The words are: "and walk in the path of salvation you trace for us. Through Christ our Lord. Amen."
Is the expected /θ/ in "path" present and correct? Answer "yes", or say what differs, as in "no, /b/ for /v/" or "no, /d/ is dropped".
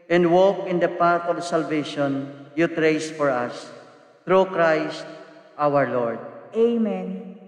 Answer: no, /t/ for /θ/